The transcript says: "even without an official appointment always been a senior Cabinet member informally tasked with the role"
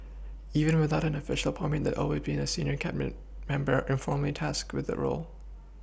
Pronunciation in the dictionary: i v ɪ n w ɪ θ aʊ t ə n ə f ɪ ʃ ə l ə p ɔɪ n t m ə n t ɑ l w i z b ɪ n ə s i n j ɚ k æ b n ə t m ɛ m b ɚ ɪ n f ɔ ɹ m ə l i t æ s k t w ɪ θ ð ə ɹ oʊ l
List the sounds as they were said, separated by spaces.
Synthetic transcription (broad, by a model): i v ɪ n w ɪ θ aʊ t ə n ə f ɪ ʃ l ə p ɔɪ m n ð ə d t ɑ l w i z b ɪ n ə s i n j ɚ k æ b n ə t m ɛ m b ɚ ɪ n f ɔ ɹ m l i t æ s k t w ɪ ð ə ɹ oʊ l